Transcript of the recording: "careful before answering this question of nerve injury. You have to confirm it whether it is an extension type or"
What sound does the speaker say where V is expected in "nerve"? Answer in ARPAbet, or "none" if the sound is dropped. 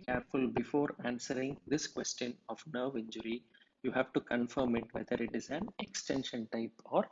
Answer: V